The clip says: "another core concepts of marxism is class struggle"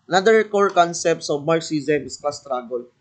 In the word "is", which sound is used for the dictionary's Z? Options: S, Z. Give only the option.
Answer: S